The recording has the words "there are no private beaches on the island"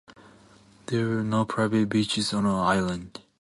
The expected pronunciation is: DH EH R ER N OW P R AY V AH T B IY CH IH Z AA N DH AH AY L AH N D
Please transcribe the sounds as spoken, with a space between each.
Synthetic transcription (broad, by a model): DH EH W ER N OW P R AY V AH T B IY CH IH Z AA N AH AY L AH N D